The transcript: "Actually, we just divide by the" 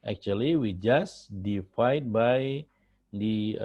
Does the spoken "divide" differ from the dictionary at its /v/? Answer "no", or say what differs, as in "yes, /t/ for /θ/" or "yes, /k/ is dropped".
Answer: yes, /f/ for /v/